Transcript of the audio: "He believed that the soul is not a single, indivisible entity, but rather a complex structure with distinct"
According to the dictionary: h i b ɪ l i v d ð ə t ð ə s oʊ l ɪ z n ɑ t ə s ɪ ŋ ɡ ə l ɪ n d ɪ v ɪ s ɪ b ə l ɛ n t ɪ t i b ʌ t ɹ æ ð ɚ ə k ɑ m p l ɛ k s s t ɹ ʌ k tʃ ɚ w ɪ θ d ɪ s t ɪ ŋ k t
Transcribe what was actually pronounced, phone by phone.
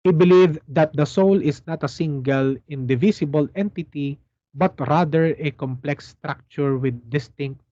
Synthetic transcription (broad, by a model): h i b ɪ l i v d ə t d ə s oʊ l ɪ s n ɑ t ə s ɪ ŋ ɡ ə l ɪ n d ɪ v ɪ s ɪ b ə l ɛ n t ɪ t i b ʌ t ɹ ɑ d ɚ ə k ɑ m p l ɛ k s s t ɹ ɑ k tʃ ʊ w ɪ d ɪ s t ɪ ŋ k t